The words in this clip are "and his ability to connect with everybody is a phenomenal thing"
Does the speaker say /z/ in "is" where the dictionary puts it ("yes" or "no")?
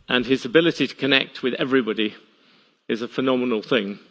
yes